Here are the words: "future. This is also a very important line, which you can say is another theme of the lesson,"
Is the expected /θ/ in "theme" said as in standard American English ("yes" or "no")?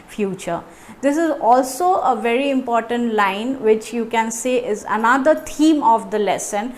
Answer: no